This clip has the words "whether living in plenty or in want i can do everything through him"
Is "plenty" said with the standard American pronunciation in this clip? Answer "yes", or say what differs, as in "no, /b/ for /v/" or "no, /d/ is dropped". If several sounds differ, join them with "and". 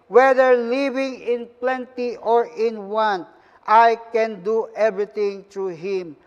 yes